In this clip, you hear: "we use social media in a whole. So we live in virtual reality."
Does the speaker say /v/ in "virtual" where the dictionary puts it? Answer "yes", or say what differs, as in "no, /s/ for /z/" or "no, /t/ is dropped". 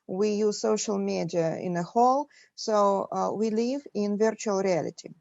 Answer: yes